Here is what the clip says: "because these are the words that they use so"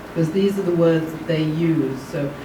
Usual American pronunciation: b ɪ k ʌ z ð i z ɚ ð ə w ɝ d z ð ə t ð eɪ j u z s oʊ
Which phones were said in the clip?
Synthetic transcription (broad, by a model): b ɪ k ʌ z ð i z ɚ ð ə w ɝ d z ð ə t ð eɪ j u z s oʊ